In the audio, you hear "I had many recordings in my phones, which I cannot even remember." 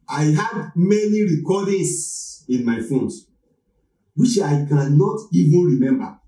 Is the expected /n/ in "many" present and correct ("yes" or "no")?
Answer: yes